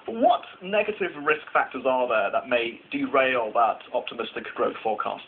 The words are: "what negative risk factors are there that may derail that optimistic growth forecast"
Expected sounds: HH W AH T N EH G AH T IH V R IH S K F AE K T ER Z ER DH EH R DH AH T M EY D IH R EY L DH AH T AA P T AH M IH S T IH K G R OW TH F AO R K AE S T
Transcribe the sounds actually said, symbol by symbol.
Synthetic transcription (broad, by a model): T W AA T N EH G AH T IH V R IH S K F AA K T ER Z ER DH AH DH AH T M EY D IH R EY L DH AH T AA P T AH M IH S T IH K G R OW TH F AO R K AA S T